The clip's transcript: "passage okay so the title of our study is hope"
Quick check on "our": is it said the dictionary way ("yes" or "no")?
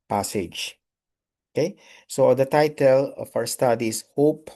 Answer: no